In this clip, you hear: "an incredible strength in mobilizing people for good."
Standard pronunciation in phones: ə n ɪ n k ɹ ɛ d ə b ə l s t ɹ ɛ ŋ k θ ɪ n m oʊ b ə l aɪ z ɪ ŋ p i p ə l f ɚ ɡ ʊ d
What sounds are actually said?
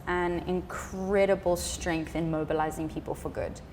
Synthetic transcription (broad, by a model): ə n ɪ n k ɹ ɛ d ə b ə l s t ɹ ɛ ŋ k θ ɪ n m oʊ b ə l aɪ z ɪ ŋ p i p ə l f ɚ ɡ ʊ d